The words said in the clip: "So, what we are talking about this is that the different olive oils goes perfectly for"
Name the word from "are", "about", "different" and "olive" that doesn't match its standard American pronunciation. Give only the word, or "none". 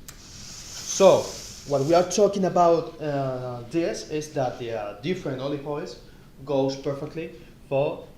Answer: olive